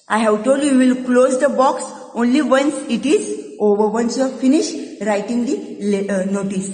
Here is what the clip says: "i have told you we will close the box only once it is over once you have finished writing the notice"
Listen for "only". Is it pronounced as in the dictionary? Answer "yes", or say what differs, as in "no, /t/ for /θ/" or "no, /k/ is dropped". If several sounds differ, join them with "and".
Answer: yes